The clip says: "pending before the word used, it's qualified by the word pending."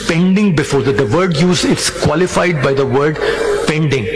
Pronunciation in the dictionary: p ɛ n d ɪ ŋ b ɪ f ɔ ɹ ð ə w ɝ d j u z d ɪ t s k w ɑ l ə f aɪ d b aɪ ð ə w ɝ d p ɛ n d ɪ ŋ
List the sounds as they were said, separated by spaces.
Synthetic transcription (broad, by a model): p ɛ n d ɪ ŋ b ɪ f ɔ ɹ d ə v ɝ d j u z ɪ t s k w ɑ l ə f aɪ d b aɪ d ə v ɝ d p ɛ n d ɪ ŋ